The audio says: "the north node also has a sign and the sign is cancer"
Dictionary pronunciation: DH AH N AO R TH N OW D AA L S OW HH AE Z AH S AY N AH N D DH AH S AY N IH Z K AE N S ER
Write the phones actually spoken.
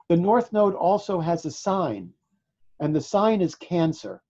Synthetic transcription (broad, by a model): DH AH N AO R TH N OW D AA L S OW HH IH Z AH S AY N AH N DH AH S AY N IH Z K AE N S ER